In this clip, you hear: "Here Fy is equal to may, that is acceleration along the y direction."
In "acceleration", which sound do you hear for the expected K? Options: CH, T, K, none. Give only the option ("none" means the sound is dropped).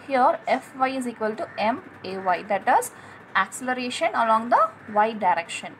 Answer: K